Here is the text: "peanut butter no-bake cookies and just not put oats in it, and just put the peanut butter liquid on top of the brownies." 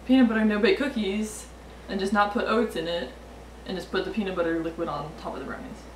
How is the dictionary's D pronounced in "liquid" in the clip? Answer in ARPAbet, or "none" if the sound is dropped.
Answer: D